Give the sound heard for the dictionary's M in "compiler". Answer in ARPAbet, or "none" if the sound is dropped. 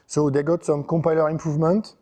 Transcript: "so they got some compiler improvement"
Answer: M